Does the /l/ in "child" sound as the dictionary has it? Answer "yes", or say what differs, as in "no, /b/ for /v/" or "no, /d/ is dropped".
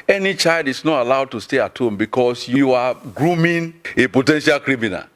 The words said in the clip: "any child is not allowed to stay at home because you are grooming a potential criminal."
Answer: yes